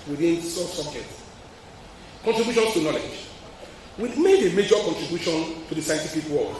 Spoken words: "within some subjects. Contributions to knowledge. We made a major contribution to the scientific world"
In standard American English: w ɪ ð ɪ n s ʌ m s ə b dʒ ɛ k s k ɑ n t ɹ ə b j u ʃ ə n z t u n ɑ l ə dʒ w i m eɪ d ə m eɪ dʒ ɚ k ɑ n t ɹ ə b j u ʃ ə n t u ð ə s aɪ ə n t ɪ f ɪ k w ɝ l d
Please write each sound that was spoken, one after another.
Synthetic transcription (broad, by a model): w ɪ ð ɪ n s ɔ s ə b dʒ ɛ k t k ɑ n t ɹ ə b j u ʃ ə n s t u n ɑ l ə dʒ w i m eɪ d ə m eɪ dʒ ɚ k ɑ n t ɹ ə b j u ʃ ə n t u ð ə s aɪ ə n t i p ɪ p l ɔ